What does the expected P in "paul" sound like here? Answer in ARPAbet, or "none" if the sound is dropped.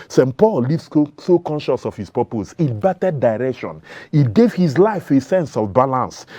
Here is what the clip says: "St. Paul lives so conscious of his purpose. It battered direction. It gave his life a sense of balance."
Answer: P